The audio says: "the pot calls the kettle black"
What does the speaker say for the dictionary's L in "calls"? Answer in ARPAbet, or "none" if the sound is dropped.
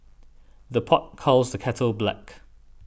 L